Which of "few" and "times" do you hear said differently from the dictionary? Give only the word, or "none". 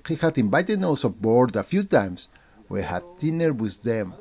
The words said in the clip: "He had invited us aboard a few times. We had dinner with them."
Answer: times